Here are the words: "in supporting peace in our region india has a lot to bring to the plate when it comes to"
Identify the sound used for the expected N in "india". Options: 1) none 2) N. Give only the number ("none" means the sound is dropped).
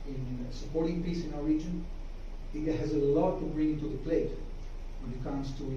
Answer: 1